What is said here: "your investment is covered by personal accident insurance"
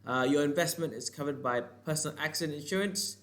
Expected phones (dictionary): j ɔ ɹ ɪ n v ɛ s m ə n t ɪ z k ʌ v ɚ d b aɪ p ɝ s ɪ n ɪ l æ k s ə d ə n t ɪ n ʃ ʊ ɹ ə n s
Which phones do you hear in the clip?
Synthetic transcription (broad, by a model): j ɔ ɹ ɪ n v ɛ s m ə n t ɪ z k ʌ v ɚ d b aɪ p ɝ s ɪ n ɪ l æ k s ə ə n ɪ n ʃ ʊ ɹ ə n s